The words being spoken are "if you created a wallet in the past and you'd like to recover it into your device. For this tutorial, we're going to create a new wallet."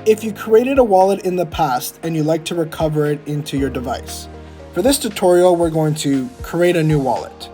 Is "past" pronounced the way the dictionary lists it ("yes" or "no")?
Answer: yes